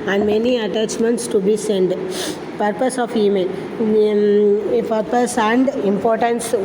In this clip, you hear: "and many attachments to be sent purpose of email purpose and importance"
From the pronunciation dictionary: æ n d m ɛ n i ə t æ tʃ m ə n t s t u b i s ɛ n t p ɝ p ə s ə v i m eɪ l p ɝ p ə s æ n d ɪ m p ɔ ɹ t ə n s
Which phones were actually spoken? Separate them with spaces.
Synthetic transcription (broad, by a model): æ n d m ɛ n i ə t æ tʃ m ə n t s t u b i s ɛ n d p ɝ p ə s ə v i m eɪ n p ɝ p ə s æ n d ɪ m p ɔ ɹ t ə n s